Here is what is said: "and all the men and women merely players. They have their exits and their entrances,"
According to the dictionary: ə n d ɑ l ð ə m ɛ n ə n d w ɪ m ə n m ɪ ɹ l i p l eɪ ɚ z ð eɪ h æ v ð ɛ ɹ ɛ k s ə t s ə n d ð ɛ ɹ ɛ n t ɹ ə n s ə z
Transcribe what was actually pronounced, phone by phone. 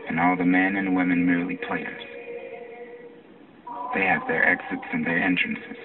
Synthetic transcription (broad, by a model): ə n ɑ l ð ə m ɛ n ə n w ɪ m ə n m ɪ ɹ l i p l eɪ ɚ z ð eɪ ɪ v ð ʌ ɹ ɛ k s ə t s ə n ð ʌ ɹ ɛ n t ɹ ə n s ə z